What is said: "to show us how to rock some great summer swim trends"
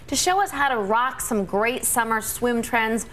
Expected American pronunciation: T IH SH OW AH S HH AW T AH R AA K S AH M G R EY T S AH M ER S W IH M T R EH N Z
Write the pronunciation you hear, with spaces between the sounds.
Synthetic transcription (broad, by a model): T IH SH OW AH S HH AW T AH R AA K S AH M G R EY T S AH M ER S W IH M T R EH N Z